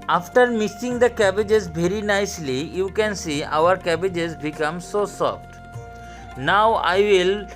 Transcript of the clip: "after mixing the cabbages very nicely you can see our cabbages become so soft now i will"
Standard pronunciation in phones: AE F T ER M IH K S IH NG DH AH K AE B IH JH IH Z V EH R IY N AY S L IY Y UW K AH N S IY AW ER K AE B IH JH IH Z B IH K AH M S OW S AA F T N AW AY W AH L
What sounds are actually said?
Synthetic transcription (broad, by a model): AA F T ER M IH S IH NG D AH K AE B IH JH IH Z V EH R IY N AY S L IY Y UW K AH N S IY AW ER K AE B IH JH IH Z B IH K AH M S OW S AA F T N AW AY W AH L